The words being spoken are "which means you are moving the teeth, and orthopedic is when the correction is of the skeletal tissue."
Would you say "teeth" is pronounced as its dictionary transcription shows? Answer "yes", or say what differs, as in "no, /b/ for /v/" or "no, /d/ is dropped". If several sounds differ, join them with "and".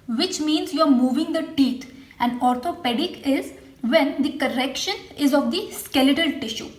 no, /t/ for /θ/